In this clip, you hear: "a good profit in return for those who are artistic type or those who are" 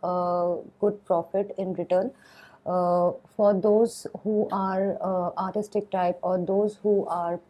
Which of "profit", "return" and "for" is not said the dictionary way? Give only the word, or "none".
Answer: none